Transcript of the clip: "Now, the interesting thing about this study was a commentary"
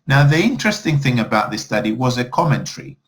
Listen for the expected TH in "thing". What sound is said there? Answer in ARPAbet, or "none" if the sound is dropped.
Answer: TH